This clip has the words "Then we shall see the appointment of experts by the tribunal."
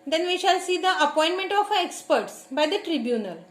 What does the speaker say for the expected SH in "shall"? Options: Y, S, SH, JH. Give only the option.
SH